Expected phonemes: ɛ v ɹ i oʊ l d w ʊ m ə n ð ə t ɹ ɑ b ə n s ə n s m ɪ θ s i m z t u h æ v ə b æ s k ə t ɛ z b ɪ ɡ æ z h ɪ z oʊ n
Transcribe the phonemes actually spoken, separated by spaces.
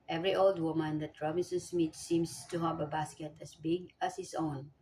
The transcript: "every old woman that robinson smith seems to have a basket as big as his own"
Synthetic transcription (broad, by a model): ɛ v ɹ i oʊ l d w ʊ m ə n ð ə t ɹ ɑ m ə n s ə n s m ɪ t s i m s t u h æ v ə b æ s k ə t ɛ s b ɪ ɡ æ s h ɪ s oʊ n